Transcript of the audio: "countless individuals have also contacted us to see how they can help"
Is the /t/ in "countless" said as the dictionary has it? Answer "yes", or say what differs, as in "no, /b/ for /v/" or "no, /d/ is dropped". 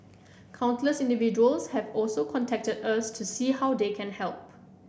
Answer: no, /s/ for /t/